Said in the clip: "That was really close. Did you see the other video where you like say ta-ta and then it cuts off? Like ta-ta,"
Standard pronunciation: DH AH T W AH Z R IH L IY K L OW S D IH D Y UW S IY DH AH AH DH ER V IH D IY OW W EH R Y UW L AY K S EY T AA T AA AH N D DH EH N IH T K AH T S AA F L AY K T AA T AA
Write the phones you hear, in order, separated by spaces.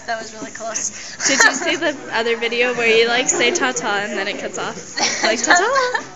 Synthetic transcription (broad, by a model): DH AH T W AH Z R IH L IY K L OW S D IH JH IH S IY DH AH AH DH ER V IH D IY OW W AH R Y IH L AY K S EY T AA T AA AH N DH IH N IH T K AH T S AA F L AY K T AA T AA